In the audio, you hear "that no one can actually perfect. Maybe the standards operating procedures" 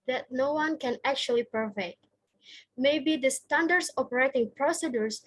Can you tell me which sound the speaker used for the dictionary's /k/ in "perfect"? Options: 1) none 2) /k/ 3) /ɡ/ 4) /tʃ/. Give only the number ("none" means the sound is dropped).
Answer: 1